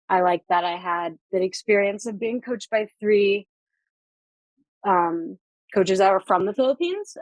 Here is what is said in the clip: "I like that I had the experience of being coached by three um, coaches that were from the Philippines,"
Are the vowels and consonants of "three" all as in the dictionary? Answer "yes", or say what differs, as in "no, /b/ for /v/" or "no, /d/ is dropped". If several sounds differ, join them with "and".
yes